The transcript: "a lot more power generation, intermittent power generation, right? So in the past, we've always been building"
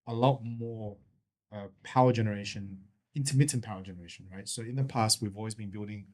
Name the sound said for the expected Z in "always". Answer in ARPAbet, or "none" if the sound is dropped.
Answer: Z